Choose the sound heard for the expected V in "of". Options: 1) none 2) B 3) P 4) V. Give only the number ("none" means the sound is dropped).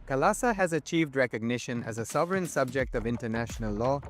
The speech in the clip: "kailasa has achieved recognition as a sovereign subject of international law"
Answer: 4